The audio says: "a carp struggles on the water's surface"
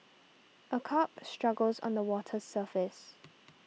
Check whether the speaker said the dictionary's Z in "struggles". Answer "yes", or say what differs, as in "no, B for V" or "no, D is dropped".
yes